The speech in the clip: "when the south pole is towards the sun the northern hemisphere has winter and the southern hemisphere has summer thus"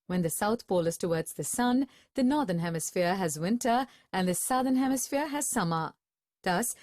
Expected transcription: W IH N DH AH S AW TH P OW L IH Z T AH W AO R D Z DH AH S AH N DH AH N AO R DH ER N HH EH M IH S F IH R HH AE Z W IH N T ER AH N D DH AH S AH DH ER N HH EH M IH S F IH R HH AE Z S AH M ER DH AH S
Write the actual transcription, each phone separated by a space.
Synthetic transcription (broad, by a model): W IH N DH AH S AW TH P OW L IH Z T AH W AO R D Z DH AH S AH N DH AH N AO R DH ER N HH EH M IH S F IH R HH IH Z W IH N T ER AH N DH AH S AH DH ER N HH EH M IH S F IH R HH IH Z S AH M ER DH AH S